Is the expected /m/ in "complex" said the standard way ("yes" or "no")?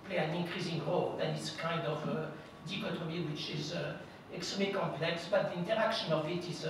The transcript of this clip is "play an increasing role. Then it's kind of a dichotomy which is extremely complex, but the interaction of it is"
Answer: yes